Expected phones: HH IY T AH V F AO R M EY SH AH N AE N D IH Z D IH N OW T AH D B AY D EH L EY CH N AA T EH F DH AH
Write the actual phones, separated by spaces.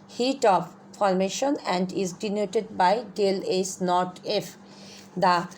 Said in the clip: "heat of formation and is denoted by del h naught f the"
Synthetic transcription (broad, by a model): HH IY T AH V F AO R M EY SH AH N AE N D IH Z D IH N OW T AH D B AY D EH L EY S N AA T EH F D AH